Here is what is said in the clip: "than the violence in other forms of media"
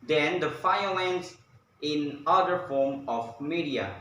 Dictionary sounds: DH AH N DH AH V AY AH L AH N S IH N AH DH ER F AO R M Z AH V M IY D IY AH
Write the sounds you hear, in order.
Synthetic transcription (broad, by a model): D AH N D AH F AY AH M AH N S IH N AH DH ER F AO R M AH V M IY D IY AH